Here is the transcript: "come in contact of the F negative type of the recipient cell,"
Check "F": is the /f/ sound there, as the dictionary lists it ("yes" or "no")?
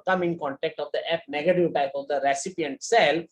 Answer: no